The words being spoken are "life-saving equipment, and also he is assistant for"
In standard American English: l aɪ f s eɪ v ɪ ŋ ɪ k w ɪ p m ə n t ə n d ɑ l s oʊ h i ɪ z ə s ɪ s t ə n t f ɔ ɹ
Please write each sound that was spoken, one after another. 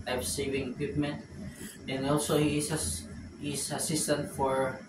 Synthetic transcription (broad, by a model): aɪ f s eɪ v ɪ ŋ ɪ k w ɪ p m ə n t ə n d ɑ l s oʊ h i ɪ s ə s ɪ s t ə n t f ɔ ɹ